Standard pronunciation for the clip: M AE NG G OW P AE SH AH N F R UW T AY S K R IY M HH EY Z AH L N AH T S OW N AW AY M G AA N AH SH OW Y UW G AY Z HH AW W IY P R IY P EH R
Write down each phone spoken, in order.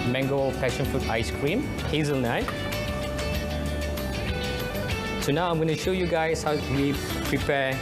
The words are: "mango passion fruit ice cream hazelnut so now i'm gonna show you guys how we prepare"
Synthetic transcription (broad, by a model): M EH NG G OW P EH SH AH N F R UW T AY S K R IY M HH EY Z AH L N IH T S OW N AW AY M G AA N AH SH OW Y UW G AY S HH AW W IY P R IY P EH